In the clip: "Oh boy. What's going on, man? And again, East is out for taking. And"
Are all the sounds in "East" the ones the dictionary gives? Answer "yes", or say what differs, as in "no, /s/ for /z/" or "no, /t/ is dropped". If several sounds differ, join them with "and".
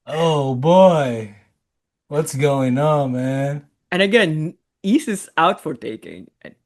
no, /t/ is dropped